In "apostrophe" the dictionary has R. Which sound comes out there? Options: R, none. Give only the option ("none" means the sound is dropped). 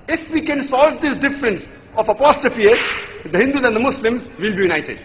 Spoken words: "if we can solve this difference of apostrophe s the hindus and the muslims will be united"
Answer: none